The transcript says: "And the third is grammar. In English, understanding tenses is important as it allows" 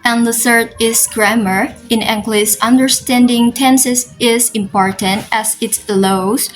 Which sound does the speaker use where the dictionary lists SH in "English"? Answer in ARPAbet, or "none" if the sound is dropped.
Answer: S